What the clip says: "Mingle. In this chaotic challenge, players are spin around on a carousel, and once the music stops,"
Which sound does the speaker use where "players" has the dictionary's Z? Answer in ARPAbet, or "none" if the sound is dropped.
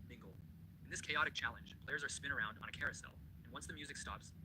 Z